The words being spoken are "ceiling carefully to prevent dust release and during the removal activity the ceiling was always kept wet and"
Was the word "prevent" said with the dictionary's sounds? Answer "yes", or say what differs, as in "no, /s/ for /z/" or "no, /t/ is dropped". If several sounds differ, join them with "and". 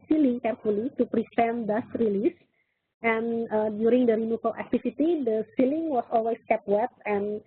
no, /f/ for /v/